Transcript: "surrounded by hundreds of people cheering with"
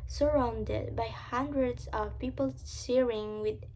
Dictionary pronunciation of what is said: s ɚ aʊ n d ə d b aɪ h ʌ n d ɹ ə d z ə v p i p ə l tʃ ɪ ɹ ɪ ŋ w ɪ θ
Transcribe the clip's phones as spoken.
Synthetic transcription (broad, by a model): s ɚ aʊ n d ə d b aɪ h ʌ n d ɹ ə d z ə v p i p ə l s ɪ ɹ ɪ ŋ w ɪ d